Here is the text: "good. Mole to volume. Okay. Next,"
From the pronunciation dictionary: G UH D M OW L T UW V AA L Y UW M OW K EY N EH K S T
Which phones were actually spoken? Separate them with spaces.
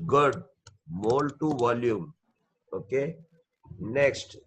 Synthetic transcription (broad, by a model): G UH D M OW L T UW V AA L Y UW M OW K EY N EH K S T